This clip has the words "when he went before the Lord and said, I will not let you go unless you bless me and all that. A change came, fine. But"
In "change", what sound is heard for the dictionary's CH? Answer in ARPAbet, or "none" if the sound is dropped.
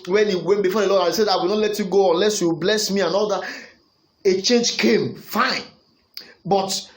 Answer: CH